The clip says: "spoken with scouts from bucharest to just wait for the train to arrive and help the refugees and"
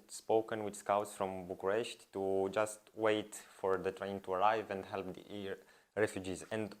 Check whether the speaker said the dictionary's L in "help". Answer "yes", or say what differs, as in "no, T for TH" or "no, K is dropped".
yes